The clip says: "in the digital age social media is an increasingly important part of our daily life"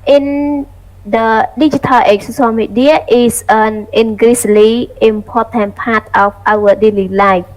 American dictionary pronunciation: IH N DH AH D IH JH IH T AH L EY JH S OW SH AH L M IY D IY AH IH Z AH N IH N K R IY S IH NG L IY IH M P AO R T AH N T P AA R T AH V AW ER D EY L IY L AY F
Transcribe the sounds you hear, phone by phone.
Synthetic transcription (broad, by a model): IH N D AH D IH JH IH T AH L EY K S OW S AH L M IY D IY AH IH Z AH N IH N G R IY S L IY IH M P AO T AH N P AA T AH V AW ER D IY L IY L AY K